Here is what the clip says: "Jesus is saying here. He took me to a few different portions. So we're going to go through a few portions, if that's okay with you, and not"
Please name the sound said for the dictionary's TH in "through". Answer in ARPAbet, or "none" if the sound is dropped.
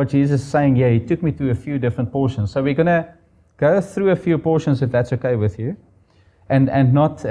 TH